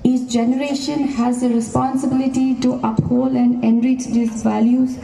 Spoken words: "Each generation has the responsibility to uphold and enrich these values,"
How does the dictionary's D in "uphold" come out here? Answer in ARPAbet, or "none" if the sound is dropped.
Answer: none